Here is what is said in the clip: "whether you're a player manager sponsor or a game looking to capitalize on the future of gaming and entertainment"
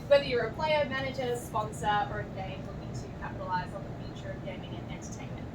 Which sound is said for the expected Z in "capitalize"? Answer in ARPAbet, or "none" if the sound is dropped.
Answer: Z